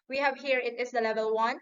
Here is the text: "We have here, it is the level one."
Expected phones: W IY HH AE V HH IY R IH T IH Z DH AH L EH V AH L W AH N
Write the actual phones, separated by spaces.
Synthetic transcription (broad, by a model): W IY HH AE V HH IY R IH T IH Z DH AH L EH V AH L W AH N